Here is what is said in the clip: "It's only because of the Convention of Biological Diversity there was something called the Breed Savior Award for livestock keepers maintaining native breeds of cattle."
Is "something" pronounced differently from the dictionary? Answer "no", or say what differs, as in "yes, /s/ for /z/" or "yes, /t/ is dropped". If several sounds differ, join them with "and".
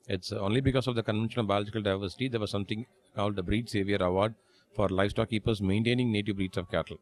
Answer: yes, /t/ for /θ/